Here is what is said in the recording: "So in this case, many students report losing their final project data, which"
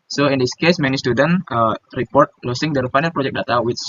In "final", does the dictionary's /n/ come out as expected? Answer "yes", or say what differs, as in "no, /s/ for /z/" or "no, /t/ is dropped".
yes